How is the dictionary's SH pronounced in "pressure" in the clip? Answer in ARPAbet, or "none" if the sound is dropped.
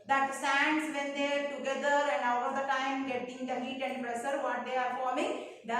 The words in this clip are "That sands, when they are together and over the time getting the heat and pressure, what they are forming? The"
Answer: S